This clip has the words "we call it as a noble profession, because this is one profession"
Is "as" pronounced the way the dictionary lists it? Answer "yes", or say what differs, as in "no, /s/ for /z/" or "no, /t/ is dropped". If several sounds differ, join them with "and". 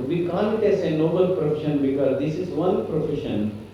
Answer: no, /s/ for /z/